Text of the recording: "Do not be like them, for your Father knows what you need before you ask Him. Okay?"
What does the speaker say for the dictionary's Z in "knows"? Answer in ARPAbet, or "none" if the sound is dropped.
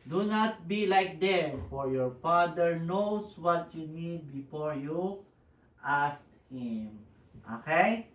S